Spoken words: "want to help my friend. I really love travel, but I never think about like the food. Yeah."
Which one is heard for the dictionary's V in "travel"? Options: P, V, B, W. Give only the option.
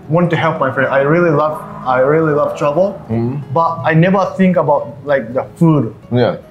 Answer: B